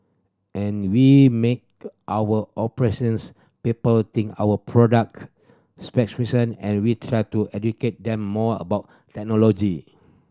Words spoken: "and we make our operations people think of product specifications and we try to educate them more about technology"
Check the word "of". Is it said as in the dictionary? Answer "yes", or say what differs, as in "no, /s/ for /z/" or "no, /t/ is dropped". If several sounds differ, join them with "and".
no, /w/ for /v/